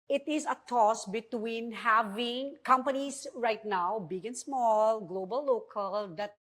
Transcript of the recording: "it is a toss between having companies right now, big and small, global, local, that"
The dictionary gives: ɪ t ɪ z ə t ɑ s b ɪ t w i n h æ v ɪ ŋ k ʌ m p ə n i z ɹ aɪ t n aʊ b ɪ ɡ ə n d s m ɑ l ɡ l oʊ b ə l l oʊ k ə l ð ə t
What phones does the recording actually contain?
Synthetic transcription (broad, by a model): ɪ t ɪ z ə t ɑ s b ɪ t w i n h æ v ɪ ŋ k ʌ m p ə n i s ɹ aɪ t n aʊ b ɪ ɡ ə n s m ɑ l ɡ l oʊ b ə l l oʊ k ə l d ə t